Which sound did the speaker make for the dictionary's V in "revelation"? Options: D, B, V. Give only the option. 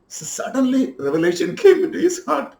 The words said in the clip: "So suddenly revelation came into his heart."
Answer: V